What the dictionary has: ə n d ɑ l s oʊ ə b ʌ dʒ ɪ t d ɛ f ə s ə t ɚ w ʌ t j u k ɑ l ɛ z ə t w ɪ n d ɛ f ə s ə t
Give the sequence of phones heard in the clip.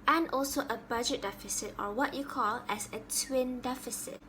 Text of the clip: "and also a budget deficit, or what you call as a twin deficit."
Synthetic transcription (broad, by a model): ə n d ɑ l s oʊ ə b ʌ dʒ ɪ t d ɛ f ə s ə t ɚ w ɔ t j u k ɑ l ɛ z ə t w ɪ n d ɛ f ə s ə t